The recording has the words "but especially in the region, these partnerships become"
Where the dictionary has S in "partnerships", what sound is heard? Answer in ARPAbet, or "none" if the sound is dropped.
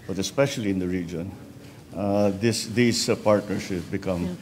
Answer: none